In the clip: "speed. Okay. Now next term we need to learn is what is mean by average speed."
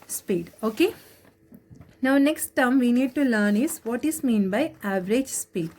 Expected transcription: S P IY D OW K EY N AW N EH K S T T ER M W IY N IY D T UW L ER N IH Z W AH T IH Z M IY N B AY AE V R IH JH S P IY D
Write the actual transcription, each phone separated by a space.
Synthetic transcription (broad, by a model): S P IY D OW K EY N AW N EH K S T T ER M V IY N IY D T UW L ER N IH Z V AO T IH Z M IY N B AY AE V R IH JH S P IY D